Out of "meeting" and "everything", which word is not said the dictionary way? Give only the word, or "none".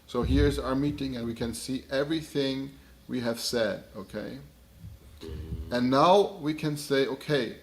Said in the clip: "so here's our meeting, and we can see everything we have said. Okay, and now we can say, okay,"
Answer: none